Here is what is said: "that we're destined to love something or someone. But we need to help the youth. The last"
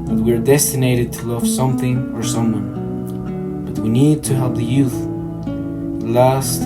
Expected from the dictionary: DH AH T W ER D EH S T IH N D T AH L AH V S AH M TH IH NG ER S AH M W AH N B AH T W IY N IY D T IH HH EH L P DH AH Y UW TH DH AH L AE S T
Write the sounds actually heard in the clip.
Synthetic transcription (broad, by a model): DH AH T W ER D EH S T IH N D T AH L AH V S AH M TH IH NG ER S AH M W AH N B AH T W IY N IY D T IH HH EH L P DH AH Y UW TH L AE S T